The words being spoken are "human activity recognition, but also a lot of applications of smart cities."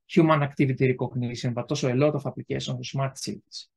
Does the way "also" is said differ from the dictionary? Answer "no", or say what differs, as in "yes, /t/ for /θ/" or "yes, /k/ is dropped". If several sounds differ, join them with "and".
yes, /l/ is dropped